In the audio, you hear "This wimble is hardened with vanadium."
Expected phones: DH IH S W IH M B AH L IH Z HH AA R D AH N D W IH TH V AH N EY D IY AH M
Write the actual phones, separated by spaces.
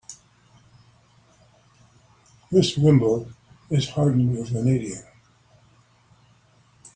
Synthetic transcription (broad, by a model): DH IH S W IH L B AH IH Z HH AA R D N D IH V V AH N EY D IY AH